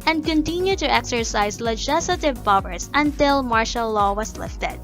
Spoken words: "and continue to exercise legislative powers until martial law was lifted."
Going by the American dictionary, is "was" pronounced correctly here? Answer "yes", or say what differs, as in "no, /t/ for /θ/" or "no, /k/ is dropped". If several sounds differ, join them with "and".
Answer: no, /s/ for /z/